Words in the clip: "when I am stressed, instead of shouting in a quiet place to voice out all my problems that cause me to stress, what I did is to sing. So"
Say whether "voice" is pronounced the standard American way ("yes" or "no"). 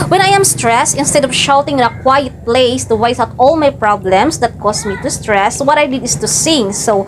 no